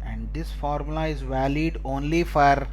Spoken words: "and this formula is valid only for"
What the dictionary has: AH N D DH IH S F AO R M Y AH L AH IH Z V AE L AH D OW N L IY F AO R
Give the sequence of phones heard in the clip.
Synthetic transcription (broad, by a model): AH N D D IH S F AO R M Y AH L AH IH Z V AE L AH D OW N L IY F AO R